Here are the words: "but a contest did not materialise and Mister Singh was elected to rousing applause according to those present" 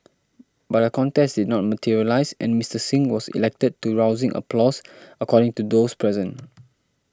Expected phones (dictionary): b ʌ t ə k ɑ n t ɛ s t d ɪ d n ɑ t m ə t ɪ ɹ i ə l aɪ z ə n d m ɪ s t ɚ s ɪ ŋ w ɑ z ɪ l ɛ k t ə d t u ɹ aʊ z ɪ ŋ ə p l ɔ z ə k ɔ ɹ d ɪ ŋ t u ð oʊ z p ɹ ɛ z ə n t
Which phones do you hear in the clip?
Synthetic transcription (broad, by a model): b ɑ t ə k ɑ n t ɛ s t d ɪ d n ɑ t m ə t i ɹ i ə l aɪ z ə n m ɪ s t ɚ s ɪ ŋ w ɑ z ɪ l ɛ k t ə d t u ɹ aʊ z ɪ ŋ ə p l ɔ s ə k ɔ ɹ d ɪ ŋ t u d oʊ s p ɹ ɛ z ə n